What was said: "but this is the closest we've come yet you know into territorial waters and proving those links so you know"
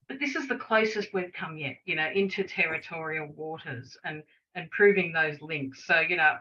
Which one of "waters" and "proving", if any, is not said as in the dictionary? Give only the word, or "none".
none